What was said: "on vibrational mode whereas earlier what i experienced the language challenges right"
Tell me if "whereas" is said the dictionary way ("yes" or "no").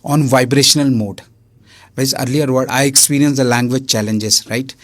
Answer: no